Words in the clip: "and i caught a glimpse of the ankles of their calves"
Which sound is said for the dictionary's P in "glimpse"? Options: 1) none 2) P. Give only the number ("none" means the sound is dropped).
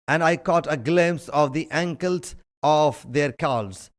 1